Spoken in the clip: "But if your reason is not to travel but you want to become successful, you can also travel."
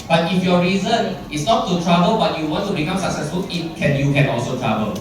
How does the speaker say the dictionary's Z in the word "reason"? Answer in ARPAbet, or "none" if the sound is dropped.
Z